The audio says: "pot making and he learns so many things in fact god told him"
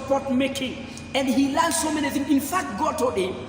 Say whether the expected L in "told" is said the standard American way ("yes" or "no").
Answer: no